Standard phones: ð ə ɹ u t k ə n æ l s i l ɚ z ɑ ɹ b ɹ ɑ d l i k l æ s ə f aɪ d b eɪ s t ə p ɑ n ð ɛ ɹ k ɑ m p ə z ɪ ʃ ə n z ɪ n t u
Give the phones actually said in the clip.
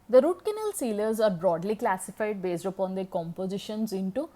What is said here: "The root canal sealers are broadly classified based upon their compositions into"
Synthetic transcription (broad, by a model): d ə ɹ u t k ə n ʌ l s i l ɚ z ɑ ɹ b ɹ ɑ d l i k l æ s ə f aɪ d b eɪ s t ə p ɑ n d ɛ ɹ k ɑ m p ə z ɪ ʃ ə n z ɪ n t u